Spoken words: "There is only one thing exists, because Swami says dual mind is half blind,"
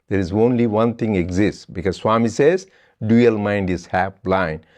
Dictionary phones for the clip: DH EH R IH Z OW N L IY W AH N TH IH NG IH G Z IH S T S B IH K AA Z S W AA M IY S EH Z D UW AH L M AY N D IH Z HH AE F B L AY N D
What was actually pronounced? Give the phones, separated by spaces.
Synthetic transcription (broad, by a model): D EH R IH Z OW N L IY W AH N T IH NG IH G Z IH S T S B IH K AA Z S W AA M IY S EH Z D UW AH L M AY N D IH Z HH AE F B L AY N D